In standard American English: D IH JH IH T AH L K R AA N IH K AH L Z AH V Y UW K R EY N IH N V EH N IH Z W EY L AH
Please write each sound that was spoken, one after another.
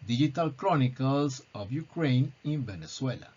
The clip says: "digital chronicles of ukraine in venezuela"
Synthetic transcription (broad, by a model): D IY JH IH T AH L K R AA N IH K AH L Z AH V Y UW K R EY N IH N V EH N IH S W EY L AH